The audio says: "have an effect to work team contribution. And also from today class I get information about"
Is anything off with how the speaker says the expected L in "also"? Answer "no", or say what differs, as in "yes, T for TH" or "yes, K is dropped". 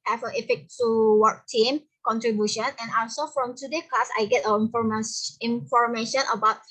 yes, L is dropped